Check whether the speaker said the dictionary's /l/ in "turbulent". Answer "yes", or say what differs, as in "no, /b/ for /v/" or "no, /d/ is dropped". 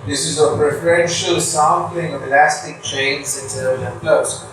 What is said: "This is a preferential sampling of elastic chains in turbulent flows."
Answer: no, /l/ is dropped